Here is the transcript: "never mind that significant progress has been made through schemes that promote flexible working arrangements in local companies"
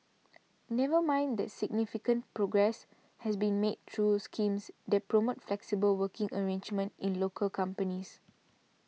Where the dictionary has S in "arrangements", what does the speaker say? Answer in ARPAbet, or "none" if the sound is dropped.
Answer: none